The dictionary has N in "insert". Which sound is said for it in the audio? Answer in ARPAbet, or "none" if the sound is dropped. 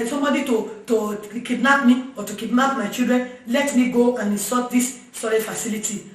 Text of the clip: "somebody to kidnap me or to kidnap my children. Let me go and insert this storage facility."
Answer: none